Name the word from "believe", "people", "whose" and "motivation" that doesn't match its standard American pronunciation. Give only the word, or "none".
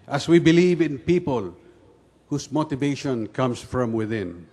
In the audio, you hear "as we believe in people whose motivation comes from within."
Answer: whose